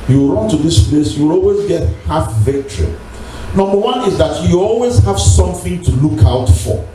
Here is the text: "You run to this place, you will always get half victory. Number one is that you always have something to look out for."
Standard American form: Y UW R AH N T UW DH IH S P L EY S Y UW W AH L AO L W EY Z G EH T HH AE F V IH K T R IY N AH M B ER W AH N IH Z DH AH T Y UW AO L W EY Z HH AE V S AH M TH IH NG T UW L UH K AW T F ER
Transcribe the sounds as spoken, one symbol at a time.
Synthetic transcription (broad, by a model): Y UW R AH N T UW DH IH S P L EY S Y UW W AH L AO L W EY Z G EH T HH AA F V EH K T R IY N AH M B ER W AH N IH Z DH AH T Y UW AO L W EY Z HH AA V S AH M TH IH NG T UW L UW K AW T F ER